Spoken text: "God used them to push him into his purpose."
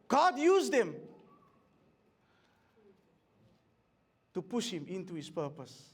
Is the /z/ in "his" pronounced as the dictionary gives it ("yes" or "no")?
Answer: no